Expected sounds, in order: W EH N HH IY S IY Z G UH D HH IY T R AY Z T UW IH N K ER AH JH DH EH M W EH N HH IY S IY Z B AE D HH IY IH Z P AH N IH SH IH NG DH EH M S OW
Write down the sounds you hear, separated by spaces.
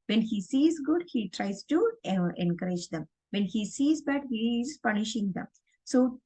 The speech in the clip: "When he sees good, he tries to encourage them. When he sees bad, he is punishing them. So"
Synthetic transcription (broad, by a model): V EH N HH IY S IY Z G UH D HH IY T R AY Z T UW IH N K ER AH JH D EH M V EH N HH IY S IY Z B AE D HH IY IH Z P AH N IH SH IH NG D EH M S OW